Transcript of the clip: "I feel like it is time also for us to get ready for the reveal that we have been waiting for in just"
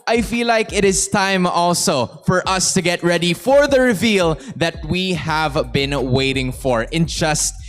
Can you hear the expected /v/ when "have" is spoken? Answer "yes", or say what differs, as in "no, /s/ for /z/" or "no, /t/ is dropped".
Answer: yes